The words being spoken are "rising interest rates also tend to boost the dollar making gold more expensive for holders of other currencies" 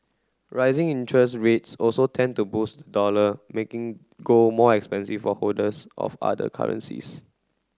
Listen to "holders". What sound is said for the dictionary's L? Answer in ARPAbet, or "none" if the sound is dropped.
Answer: none